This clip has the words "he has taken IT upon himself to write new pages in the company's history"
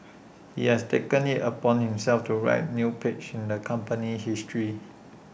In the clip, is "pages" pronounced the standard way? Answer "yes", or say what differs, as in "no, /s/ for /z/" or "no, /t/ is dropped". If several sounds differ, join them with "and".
no, /tʃ/ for /dʒ/